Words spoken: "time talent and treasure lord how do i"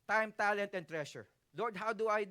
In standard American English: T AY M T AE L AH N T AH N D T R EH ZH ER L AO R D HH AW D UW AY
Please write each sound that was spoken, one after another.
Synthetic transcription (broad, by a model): T AY M T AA L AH N T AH N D T R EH SH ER L AO R D HH AW D UW AY